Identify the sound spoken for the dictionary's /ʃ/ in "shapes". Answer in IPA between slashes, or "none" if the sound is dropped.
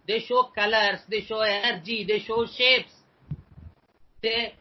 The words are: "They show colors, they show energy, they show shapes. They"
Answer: /ʃ/